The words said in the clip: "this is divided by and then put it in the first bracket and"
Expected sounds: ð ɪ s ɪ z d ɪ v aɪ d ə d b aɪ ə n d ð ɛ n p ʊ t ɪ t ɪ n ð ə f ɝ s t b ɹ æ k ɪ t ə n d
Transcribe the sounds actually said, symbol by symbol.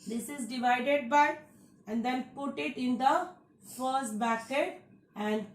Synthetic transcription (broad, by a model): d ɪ s ɪ z d ɪ v aɪ d ə d b aɪ ə n d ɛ n p ʊ t ɪ t ɪ n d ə f ɝ s t b æ k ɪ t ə n d